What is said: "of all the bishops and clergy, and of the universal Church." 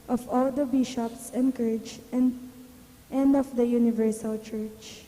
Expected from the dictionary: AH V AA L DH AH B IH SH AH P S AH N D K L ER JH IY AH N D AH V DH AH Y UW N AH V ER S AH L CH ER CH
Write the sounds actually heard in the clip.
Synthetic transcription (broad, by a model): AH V AA L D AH B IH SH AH P S AH N D K ER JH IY AH N D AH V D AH Y UW N AH V ER S AH L CH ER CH